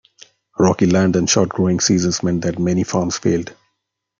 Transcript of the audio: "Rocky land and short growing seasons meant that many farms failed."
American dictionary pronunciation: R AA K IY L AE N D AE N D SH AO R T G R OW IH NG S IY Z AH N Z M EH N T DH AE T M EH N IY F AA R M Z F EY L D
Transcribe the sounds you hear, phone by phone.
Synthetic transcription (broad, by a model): R AA K IY L AE N D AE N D SH AO R T G R OW IH NG S IY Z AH N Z M EH N T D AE T M EH N IY F AA R M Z F EY L D